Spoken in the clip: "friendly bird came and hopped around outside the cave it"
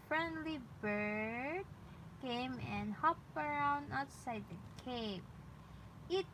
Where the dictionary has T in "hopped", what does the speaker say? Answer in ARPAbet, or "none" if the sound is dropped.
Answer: none